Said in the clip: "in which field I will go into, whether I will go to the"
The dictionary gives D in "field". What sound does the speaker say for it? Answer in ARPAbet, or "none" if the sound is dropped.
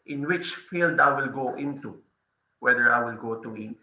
D